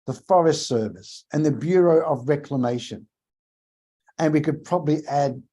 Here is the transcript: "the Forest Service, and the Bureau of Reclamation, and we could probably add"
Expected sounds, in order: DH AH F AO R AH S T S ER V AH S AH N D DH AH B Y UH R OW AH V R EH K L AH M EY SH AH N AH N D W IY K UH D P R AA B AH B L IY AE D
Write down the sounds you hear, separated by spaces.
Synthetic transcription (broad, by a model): DH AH F AO R AH S T S ER V AH S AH N DH AH B Y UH R OW AH V R EH K L AH M EY SH AH N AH N W IY K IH D P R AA B AH B L IY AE D